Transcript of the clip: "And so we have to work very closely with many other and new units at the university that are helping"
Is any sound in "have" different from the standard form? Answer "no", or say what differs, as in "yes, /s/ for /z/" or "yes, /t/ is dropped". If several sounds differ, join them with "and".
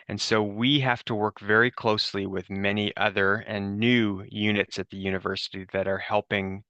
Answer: yes, /f/ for /v/